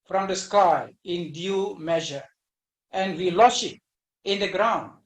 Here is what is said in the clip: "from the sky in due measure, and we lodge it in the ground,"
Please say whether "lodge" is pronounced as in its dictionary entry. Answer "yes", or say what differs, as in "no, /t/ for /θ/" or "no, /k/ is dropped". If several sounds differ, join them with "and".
no, /ʃ/ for /dʒ/